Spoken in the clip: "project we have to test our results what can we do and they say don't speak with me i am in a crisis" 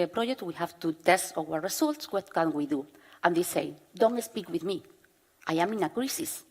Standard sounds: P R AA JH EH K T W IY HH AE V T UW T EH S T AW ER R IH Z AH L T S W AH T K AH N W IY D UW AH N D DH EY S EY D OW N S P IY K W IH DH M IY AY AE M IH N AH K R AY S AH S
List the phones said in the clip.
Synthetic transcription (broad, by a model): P R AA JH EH K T W IY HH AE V T UW T EH S T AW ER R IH S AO L T S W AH T K AH N W IY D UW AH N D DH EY S EY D OW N S P IY K W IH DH M IY AY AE M IH N AH K R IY S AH S